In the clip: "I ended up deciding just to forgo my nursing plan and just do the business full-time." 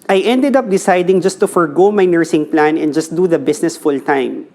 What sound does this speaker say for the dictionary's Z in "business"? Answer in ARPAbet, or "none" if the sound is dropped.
S